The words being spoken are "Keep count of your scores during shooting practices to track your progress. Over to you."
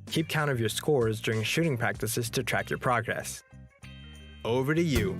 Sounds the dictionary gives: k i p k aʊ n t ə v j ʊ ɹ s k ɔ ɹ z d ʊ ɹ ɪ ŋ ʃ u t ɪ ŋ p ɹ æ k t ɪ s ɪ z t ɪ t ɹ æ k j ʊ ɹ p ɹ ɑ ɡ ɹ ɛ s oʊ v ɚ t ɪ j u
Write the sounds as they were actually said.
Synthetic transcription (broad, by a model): k i p k aʊ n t ə v j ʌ ɹ s k ɔ ɹ z d ʊ ɹ ɪ ŋ ʃ u t ɪ ŋ p ɹ æ k t ɪ s ɪ z t ɪ t ɹ æ k j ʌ ɹ p ɹ ɑ ɡ ɹ ɛ s oʊ v ɚ t ɪ j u